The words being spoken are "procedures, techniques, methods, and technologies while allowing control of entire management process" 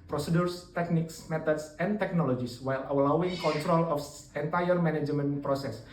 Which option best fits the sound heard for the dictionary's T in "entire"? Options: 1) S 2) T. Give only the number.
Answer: 2